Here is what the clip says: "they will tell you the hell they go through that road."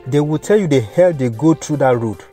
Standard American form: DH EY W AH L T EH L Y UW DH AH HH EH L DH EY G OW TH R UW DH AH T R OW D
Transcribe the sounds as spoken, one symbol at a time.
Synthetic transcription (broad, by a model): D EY W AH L T EH L Y UW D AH HH EH L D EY G OW T R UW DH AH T R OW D